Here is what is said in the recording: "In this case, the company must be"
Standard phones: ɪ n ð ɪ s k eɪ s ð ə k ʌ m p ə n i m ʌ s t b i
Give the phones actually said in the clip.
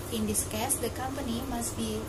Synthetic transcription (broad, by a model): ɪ n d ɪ s k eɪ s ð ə k ʌ m p ə n i m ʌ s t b i